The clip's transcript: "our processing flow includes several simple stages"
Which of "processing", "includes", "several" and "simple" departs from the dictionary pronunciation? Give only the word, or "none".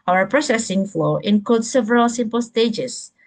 includes